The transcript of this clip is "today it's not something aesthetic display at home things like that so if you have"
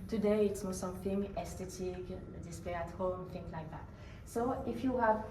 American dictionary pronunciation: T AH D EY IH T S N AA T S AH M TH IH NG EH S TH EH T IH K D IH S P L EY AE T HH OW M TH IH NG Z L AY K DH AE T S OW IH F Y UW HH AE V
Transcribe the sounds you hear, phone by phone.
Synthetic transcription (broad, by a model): T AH D EY IH T S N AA S AH M TH IH NG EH S T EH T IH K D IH S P EY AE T HH OW M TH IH NG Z L AY K DH AE T S OW IH F Y UW HH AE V